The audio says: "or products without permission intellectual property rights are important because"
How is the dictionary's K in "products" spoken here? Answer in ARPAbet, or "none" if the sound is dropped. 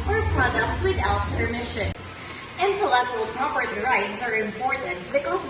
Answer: none